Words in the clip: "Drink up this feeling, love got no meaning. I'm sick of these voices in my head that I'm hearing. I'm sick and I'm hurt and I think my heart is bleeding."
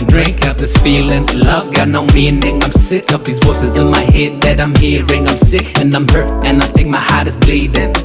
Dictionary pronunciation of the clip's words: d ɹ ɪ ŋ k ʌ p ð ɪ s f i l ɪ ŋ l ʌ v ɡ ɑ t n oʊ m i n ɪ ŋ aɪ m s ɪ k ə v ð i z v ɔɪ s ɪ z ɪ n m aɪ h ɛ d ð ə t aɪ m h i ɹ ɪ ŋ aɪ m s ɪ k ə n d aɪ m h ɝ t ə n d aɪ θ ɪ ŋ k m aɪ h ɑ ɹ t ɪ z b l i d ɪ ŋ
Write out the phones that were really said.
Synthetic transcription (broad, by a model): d ɹ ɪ ŋ k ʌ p ð ɪ s f i l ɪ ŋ l ʌ v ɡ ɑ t n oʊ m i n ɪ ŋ aɪ m s ɪ k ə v ð i z w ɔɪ s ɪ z ɪ n m aɪ h ɛ d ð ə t aɪ m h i ɹ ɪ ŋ aɪ m s ɪ k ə n aɪ m h ɝ t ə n aɪ θ ɪ ŋ k m aɪ h ɑ ɹ t ɪ z b l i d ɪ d